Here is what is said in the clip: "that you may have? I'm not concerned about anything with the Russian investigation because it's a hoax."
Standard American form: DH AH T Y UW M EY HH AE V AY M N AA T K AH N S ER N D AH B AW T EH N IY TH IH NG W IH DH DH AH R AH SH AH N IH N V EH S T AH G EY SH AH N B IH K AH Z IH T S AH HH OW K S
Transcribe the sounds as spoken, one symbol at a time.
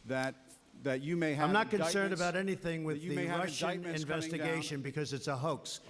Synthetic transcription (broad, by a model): DH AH T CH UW M EY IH AY M N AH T K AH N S ER N D AH B AW T EH N IY TH IH NG W IH DH DH AH R AH SH AH N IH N V EH S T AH G EY SH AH N B IH K AH Z IH T S AH HH OW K S